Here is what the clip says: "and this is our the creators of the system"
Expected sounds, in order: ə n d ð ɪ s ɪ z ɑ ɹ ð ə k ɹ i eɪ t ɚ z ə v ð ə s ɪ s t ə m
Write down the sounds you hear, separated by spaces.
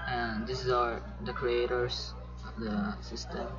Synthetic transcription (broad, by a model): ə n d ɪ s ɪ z ɑ ɹ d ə k ɹ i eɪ t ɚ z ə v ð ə s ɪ s t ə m